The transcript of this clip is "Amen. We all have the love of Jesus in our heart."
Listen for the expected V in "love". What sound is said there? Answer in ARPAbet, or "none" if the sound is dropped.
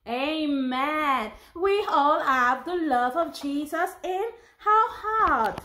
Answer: V